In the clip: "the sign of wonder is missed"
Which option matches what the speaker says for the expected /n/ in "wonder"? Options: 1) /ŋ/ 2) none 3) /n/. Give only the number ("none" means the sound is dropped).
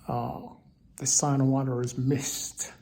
2